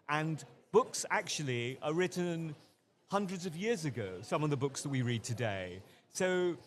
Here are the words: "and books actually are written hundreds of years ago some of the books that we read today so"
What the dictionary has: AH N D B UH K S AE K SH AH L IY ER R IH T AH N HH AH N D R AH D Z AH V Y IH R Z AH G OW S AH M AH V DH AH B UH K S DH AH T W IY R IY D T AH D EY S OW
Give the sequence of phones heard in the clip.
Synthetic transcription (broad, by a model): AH N B UH K S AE K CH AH L IY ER R IH T N HH AH N D R AH D Z AH V Y IH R Z AH G OW S AH M AH V DH AH B UH K S DH AH T W IY R IY D T AH D EY S OW